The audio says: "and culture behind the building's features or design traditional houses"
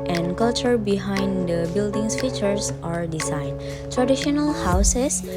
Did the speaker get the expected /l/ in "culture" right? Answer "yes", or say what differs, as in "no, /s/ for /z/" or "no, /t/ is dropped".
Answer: yes